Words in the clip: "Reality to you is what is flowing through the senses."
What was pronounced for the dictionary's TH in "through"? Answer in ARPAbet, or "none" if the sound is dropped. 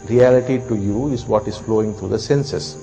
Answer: T